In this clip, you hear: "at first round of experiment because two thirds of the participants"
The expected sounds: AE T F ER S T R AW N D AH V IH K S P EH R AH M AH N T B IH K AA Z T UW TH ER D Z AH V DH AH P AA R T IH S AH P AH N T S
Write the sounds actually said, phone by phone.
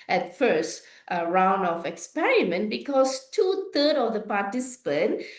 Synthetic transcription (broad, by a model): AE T F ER S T R AW N D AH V IH K S P EH R AH M AH N T B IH K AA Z T UW T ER D AH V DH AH P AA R T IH S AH P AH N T